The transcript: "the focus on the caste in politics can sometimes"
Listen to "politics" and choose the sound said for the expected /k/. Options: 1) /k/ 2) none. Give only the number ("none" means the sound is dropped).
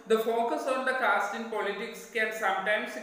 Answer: 1